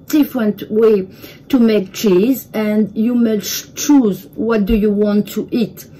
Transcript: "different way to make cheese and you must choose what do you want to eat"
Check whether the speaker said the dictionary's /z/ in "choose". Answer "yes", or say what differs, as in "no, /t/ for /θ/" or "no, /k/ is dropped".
yes